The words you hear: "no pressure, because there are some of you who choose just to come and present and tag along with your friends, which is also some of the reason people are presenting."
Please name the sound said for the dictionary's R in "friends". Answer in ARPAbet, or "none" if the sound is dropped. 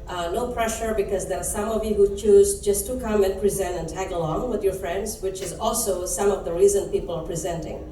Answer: R